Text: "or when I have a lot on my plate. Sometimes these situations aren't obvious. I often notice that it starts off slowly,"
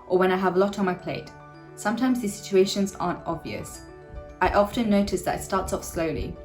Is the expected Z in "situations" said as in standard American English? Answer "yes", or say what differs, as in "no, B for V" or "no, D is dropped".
yes